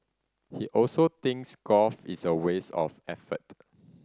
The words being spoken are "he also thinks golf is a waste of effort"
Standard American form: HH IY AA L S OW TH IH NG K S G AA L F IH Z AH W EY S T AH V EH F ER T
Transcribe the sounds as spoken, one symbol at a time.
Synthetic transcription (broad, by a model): HH IY AA L S OW T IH NG K S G AA F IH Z AH W EY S AH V EH F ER T